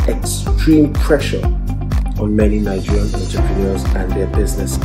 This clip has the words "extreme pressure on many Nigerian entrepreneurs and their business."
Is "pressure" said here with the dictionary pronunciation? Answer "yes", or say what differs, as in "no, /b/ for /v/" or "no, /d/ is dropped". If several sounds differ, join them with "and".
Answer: yes